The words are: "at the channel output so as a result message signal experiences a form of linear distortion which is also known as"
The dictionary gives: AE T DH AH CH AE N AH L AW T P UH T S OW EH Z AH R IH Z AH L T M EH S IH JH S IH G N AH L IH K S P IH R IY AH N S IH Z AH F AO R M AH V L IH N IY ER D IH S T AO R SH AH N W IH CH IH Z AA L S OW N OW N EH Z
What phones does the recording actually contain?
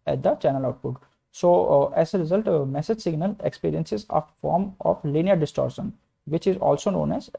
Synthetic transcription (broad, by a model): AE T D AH CH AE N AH L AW T B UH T S OW EH Z AH R IH Z AH L T M EH S IH JH S IH G N AH L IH K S P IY R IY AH N S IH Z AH F AO R M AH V L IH N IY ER D IH S T AO R SH AH N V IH CH IH Z AA L S OW N OW N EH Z